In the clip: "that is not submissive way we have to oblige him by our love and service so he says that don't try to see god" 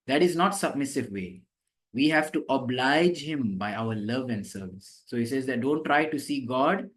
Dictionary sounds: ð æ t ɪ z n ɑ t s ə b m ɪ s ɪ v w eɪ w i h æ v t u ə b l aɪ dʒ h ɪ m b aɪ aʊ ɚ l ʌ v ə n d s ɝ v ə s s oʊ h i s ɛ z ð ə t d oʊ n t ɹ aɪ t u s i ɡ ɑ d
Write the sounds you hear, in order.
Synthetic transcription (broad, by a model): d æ t ɪ z n ɑ t s ə b m ɪ s ɪ v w eɪ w i h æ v t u ə b l aɪ dʒ h ɪ m b aɪ aʊ ɚ l ʌ v ə n d s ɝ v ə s s oʊ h i s ɛ z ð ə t d oʊ n t ɹ aɪ t u s i ɡ ɑ d